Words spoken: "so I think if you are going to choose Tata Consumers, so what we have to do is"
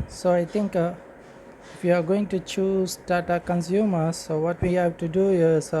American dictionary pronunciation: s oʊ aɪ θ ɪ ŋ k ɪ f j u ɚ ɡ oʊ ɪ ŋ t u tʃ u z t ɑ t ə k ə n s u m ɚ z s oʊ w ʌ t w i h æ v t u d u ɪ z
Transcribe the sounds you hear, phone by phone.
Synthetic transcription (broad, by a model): s oʊ aɪ t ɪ ŋ k ɪ f j u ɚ ɡ oʊ ɪ ŋ t u tʃ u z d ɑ t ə k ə n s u m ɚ s oʊ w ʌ t w i h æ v t u d u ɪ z